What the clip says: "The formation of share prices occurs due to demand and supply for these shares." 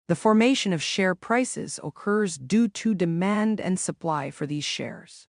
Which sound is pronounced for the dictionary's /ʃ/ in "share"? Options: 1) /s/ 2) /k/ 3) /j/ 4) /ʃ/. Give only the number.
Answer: 4